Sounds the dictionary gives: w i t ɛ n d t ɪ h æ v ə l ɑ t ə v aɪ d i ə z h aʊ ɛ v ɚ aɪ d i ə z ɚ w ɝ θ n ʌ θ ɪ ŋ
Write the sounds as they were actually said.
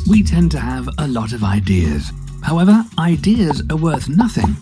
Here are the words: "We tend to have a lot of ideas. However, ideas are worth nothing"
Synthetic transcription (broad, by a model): w i t ɛ n t ɪ v ə l ɑ t ə v aɪ d i ə z h aʊ ɛ v ɚ aɪ d i ə z ɚ w ɝ θ n ʌ θ ɪ ŋ